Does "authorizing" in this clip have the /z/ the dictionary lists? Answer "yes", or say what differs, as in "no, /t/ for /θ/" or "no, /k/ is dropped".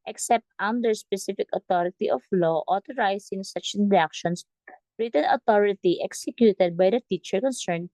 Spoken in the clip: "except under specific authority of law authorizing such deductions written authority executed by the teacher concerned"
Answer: no, /s/ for /z/